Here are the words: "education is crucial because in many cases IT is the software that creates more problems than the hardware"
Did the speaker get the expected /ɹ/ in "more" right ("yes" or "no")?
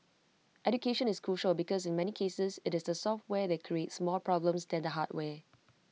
no